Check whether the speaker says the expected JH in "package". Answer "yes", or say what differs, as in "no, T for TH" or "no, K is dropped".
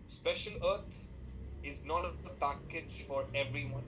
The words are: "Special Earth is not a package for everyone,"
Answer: yes